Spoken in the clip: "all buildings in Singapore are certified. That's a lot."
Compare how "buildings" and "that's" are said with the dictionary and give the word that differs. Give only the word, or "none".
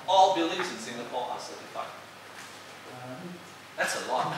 buildings